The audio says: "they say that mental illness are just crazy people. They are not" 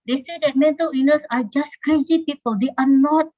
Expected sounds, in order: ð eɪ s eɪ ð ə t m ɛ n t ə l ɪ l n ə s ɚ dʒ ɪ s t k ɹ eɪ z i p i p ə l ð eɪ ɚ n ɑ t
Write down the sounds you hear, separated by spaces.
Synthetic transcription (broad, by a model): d eɪ s eɪ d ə t m ɛ n t ə l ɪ n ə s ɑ dʒ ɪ s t k ɹ eɪ z i p i p ə l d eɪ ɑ n ɑ t